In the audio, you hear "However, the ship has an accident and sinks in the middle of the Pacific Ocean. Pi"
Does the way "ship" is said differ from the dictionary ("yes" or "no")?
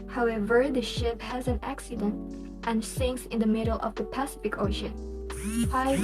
no